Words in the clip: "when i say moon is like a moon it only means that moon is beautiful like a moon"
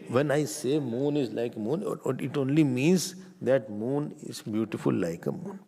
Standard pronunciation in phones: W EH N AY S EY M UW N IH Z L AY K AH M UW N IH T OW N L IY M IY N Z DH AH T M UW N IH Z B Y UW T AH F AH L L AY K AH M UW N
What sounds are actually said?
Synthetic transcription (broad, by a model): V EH N AY S EY M UW N IH Z L AY K AH M UW N IH T OW N L IY M IY N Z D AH T M UW N IH Z B Y UW T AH F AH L L AY K AH M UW N